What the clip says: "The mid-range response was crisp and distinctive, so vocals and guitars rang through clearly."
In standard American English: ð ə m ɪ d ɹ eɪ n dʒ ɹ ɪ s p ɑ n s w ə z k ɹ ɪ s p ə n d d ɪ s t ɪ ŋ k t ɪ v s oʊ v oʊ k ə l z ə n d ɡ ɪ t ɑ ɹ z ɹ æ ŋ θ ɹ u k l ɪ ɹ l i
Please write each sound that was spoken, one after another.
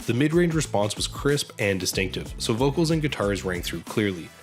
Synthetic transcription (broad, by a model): ð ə m ɪ d ɹ eɪ n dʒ ɹ ɪ s p ɑ n s w ə z k ɹ ɪ s p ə n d d ɪ s t ɪ ŋ k t ɪ v s oʊ v oʊ k l z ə n ɡ ɪ t ɑ ɹ z ɹ æ ŋ θ ɹ u k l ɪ ɹ l i